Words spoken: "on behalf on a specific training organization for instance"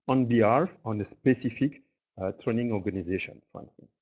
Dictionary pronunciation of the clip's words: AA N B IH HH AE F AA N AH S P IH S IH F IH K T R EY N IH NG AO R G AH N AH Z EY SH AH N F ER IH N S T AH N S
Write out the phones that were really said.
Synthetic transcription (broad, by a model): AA N B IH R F AA N AH S P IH S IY F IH K T R EY N IH NG AO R G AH N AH Z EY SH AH N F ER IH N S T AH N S